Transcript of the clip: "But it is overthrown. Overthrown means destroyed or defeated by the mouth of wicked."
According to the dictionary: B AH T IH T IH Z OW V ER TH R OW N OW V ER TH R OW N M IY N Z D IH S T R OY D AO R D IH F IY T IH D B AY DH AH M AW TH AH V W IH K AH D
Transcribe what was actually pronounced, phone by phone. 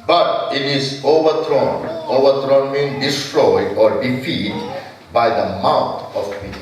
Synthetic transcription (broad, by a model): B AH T IH T IH Z OW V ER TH R OW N OW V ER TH R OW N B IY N D IH S T R OY D AO R D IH F IY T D B AY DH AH M AW T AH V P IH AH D